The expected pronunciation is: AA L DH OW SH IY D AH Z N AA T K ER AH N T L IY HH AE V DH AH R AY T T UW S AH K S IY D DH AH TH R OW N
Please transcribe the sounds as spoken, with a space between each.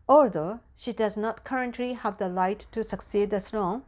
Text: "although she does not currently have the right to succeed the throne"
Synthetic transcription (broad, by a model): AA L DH OW SH IY D AH Z N AA T K ER AH N T L IY HH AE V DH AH L AY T T UW S AH K S IY D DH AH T R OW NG